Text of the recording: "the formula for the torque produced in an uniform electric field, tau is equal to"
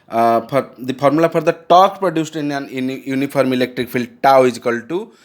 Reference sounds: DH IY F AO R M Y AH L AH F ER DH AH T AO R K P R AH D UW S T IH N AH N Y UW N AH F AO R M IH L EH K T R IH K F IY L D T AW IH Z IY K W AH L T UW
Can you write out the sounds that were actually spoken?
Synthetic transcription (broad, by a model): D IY P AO R M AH L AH P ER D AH T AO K P R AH D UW S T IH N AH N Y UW N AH P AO R M IH L EH K T R IH K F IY L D T AW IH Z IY K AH L T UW